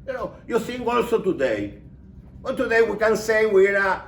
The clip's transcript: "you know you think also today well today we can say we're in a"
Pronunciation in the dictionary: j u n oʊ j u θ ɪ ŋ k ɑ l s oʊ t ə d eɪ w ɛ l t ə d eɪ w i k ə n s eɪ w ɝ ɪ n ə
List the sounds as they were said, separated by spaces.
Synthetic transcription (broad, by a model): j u n oʊ j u s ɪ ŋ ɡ ɑ l s oʊ t ə d eɪ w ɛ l t ə d eɪ w i k ə n s eɪ w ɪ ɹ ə